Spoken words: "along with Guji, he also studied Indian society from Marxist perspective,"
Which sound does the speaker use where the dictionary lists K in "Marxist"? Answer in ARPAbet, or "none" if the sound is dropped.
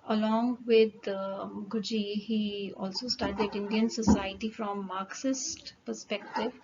K